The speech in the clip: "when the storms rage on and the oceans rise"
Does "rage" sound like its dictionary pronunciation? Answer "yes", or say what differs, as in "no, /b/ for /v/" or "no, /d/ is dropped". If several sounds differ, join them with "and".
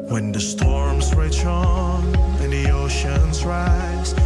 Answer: no, /tʃ/ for /dʒ/